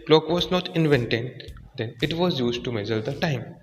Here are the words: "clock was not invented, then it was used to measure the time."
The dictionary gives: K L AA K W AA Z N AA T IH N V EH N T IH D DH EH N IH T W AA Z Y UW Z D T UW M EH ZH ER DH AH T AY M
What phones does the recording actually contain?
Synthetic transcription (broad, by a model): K L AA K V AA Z N AA T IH N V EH N T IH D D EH N IH T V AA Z Y UW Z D T UW M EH Z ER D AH T AY M